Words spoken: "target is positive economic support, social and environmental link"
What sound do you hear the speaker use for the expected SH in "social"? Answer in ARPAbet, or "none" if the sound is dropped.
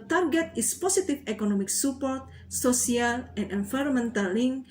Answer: S